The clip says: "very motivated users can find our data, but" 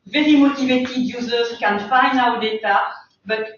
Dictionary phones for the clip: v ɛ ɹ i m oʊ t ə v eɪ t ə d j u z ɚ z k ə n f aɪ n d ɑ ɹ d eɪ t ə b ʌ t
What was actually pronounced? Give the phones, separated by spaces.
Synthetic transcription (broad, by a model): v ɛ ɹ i m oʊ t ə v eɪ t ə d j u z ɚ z k ə n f aɪ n ɑ w d eɪ t ə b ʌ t